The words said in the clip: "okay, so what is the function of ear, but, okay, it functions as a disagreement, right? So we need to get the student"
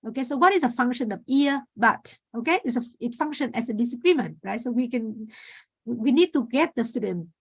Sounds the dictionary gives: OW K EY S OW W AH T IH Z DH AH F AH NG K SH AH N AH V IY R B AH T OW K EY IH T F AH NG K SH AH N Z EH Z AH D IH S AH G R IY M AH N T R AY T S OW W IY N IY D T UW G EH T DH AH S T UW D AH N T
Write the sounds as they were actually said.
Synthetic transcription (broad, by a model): OW K EY S OW W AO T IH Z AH F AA NG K SH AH N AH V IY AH B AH T OW K EY IH T F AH NG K SH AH N EH S AH D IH S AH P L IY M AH N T R AY T S OW W IY N IY D T UW G EH T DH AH S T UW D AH N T